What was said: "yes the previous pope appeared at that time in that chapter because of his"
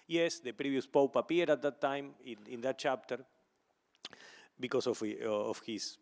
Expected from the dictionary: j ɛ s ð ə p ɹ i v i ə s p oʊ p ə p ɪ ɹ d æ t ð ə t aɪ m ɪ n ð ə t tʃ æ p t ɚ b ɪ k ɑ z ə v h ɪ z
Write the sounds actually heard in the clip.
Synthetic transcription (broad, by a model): j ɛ s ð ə p ɹ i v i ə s p oʊ p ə p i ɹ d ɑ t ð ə t aɪ m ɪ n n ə t tʃ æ p t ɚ b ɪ k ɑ s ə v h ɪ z